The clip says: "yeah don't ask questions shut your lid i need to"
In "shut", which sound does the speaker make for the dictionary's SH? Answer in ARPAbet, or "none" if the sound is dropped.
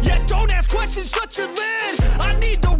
S